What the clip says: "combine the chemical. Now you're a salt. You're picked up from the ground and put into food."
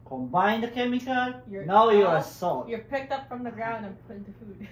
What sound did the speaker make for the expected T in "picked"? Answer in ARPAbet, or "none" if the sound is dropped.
T